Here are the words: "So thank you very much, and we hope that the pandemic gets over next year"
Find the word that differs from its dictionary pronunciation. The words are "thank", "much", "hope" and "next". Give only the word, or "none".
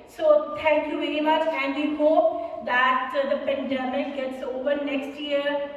thank